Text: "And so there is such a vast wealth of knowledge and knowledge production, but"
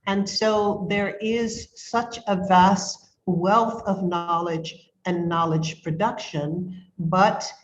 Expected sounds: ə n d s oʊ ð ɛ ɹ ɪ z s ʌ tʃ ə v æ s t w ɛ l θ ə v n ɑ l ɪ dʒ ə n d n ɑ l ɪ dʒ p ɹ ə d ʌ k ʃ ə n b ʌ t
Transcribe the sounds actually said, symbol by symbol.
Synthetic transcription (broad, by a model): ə n s oʊ ð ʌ ɹ ɪ z s ʌ tʃ ə v æ s t w ɛ l θ ə v n ɑ l ɪ dʒ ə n n ɑ l ɪ dʒ p ɹ ə d ʌ k ʃ ə n b ʌ t